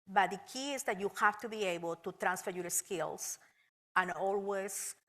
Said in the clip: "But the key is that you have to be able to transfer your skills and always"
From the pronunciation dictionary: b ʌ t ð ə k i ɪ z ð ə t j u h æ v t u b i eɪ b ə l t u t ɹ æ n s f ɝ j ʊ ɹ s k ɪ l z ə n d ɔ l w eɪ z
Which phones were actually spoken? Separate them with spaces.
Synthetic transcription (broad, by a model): b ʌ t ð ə k i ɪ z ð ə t j u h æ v t u b i eɪ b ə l t u t ɹ æ n s f ɝ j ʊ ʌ s k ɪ l s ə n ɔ l w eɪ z